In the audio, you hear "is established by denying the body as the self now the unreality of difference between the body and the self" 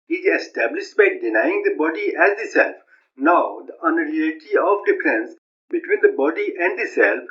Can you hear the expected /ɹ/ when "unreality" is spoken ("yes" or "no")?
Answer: no